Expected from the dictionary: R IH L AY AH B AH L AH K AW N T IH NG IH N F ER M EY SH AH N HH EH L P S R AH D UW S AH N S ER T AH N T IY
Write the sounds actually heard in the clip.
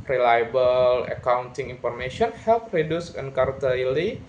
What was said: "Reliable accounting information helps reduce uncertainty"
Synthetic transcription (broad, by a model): R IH L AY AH B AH L AH K AW N T IH NG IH N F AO M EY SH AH N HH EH L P R AH D UW S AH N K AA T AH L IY